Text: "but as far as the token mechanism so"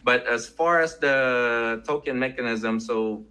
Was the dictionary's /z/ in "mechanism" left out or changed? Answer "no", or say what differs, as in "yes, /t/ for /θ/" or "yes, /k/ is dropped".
no